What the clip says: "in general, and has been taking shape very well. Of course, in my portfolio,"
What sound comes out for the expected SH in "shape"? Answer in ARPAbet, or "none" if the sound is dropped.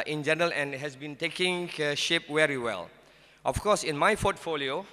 SH